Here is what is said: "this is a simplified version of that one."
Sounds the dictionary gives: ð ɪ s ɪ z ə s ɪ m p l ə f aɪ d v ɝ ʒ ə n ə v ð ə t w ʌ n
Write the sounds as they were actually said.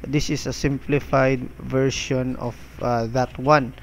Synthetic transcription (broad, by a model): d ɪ s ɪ s ə s ɪ m p l ə f aɪ d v ɝ ʃ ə n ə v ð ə t w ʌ n